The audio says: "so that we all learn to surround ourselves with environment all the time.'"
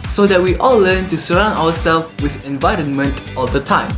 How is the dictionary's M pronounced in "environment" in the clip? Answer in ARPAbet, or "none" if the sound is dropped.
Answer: M